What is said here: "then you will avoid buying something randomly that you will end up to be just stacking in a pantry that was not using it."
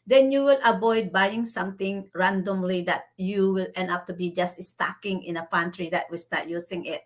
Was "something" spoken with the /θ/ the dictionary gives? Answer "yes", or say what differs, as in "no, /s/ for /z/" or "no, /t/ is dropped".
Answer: no, /t/ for /θ/